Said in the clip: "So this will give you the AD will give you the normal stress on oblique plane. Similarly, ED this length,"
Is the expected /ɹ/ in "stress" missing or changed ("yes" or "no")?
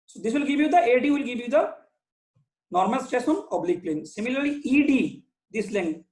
yes